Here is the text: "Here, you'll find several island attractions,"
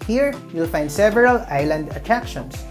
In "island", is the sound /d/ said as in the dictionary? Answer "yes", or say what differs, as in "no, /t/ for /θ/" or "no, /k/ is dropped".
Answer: yes